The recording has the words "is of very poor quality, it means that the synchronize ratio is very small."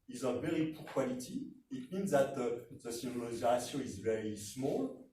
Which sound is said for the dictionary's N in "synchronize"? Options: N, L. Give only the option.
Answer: L